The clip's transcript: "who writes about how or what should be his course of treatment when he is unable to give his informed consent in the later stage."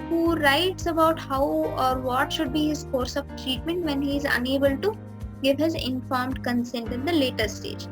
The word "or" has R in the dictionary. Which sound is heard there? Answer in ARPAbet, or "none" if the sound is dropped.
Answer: R